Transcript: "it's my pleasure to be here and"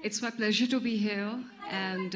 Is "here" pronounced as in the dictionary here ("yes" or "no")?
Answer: no